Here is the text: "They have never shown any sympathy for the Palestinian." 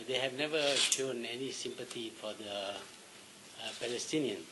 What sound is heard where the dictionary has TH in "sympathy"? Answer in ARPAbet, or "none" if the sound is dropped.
T